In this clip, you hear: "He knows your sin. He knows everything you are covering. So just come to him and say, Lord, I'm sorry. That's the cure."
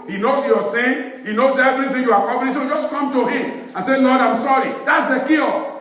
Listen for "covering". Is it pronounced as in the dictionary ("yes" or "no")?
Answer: no